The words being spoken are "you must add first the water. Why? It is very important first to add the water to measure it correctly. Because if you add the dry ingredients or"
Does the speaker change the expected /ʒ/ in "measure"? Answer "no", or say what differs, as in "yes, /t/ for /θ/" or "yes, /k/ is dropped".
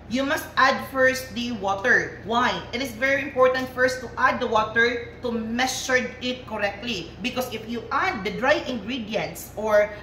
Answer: yes, /s/ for /ʒ/